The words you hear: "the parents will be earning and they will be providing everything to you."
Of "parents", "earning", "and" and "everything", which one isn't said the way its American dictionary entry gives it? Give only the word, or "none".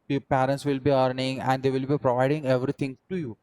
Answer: everything